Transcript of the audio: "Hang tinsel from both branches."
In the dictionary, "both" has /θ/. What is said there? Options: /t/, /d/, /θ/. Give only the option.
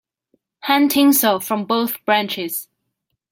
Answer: /θ/